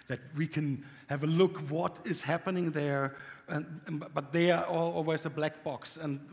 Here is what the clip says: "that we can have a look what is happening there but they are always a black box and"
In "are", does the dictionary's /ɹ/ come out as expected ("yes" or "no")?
no